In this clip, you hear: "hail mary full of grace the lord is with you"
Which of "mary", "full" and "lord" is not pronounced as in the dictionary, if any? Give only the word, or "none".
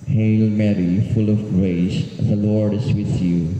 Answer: none